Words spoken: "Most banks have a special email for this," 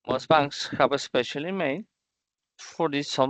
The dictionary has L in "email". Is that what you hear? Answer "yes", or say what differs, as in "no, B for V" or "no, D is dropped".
no, N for L